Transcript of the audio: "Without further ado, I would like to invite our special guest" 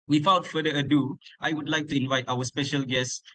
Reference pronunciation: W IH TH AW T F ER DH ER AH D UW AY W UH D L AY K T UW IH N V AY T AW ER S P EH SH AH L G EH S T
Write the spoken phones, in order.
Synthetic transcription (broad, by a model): W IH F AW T F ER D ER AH D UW AY W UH D L AY K T UW IH N V AY T AW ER S P EH SH AH L G EH S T